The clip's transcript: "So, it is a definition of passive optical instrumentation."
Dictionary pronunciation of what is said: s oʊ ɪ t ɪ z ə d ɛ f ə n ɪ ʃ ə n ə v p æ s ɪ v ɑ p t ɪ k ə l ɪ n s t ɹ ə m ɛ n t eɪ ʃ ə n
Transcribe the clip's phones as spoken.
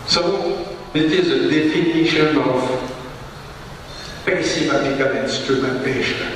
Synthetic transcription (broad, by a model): s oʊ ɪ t ɪ z ə d ɛ f ə n ɪ ʃ ə n ə v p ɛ s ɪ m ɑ t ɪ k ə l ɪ n s t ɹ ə m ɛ n t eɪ ʃ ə n